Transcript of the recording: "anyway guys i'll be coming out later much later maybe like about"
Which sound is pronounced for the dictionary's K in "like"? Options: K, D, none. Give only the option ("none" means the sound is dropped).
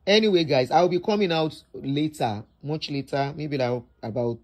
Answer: none